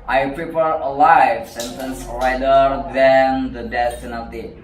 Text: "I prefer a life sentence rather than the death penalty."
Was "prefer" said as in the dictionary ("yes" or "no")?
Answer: no